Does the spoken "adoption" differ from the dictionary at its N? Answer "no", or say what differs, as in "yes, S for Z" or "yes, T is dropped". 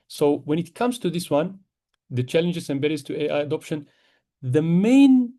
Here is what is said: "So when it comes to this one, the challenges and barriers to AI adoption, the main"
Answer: no